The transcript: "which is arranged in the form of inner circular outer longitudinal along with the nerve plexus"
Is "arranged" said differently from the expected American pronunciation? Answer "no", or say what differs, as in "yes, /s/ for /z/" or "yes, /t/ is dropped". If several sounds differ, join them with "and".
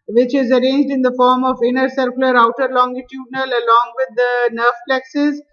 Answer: no